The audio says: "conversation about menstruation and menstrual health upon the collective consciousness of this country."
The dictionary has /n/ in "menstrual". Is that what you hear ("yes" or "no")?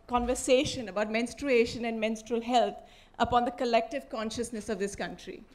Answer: yes